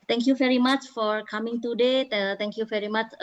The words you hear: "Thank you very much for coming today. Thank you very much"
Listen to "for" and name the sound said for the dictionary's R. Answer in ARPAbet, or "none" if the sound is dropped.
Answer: R